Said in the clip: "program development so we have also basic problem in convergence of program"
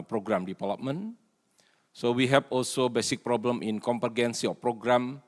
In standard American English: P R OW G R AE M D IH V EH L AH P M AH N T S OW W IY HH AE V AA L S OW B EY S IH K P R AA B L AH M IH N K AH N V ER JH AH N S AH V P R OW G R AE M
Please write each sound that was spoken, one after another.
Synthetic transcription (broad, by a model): P R OW G R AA M D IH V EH L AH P M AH N S OW W IY HH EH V AA L S OW B EY S IH K P R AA B L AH M IH N K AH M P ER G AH N S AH F P R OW G R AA M